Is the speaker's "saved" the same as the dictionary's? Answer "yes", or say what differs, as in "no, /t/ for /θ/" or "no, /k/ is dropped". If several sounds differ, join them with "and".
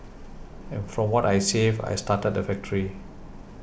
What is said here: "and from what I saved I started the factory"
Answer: no, /d/ is dropped